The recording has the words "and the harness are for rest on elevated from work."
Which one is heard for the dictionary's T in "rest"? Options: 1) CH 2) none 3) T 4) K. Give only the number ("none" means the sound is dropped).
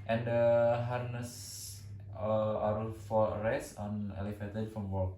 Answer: 2